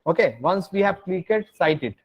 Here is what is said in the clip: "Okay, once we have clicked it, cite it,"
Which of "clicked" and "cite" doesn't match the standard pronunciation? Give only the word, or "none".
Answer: clicked